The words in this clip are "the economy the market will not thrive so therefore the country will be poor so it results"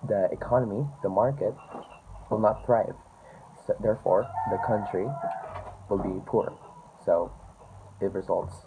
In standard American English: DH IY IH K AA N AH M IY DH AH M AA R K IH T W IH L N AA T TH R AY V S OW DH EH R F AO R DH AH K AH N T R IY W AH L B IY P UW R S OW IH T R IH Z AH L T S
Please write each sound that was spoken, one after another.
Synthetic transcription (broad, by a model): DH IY IH K AA N AH M IY DH AH M AA R K IH T W IH L N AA T TH R AY V S OW DH EH R F AO R DH AH K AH N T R IY W AH L B IY P UW R S OW IH T R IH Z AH L T S